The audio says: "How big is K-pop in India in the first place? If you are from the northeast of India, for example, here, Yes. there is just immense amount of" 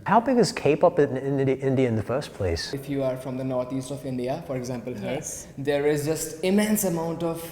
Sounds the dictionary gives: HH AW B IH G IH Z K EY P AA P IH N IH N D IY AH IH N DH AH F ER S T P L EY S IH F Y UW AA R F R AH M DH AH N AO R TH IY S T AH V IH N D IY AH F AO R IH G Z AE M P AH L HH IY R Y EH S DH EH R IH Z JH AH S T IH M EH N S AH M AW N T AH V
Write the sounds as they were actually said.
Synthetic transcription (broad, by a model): HH AW B IH G IH Z K EY P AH P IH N IH N D IY AH IH N DH AH F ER S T P L EY S IH F Y UW AA R F R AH M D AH N AO R T IY S T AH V IH N D IY AH F AO R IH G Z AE M P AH L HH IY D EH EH R IH Z JH AH S T IH M EH N S AH M AW N T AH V